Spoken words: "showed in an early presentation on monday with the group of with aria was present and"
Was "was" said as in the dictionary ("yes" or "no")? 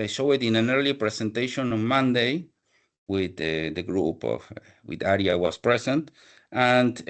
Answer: no